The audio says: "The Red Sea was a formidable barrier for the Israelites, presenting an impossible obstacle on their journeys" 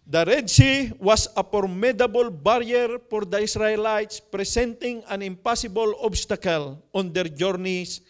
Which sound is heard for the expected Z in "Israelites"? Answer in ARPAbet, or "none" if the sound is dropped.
S